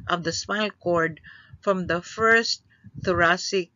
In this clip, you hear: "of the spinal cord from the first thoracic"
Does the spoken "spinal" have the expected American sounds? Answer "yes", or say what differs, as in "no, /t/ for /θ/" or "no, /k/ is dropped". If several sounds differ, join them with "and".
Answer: no, /n/ is dropped